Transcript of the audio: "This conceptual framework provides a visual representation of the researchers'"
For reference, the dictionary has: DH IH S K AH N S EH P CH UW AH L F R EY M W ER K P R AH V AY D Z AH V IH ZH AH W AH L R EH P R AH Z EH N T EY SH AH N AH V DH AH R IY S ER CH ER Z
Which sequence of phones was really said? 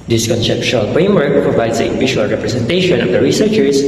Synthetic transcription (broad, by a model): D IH S K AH N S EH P SH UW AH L F R EY M W ER K P R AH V AY D S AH P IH SH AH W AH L R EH P R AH S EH N T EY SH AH N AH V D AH R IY S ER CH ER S